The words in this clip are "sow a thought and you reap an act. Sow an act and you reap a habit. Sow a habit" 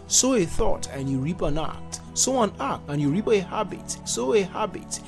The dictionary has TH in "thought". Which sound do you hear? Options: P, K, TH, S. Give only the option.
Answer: TH